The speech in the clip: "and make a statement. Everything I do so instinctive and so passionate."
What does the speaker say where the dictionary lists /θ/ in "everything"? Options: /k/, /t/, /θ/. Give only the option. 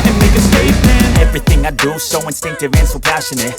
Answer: /θ/